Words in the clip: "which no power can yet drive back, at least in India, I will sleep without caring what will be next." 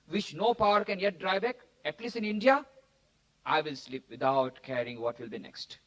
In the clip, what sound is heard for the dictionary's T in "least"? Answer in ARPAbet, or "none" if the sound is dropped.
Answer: none